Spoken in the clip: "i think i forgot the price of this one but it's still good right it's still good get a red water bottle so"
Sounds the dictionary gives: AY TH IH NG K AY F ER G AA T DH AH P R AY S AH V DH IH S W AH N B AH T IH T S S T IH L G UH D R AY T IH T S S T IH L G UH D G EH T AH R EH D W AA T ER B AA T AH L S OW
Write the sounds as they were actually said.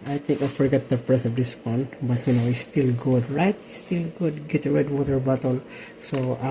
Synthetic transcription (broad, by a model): AY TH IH NG K AY F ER G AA T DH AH P R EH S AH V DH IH S W AH N B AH T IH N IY S T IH L G UH D R AY T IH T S S T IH L G UH D G EH T AH R EH D W AA T ER B AA T AH L S OW